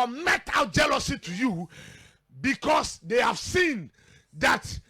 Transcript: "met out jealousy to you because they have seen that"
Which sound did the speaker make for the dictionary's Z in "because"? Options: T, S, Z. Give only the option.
S